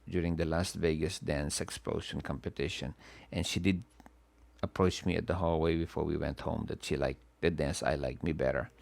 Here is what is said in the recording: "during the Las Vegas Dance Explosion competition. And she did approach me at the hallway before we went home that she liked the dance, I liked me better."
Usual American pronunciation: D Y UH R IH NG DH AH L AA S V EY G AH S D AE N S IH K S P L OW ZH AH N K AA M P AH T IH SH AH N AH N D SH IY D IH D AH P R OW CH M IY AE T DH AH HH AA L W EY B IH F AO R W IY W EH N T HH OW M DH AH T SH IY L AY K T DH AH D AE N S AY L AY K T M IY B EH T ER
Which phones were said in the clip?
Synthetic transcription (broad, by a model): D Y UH R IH NG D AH L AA S V EY G AH S D AE N S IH K S P L OW SH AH N K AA M P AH T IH SH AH N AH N SH IY D IH D AH P R OW CH M IY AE T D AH HH AA L W EY B IH F AO R W IY W EH N T HH OW M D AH T SH IY L AY K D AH D AE N S AY L AY K M IY B EH T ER